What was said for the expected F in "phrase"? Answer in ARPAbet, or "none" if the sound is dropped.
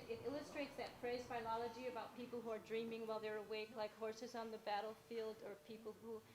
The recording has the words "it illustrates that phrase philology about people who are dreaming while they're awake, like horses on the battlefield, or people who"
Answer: P